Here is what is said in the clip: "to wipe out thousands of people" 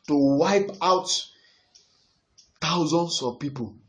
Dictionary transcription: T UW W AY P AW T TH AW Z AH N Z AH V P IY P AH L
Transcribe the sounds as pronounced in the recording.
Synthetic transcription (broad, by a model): T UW W AY P AW T T AW Z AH N S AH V P IY P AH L